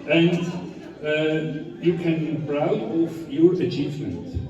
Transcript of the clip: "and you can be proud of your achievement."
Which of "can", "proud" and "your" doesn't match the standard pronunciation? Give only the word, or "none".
proud